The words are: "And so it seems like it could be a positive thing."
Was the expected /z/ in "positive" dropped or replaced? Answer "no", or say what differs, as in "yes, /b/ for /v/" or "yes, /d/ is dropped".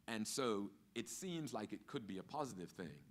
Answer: no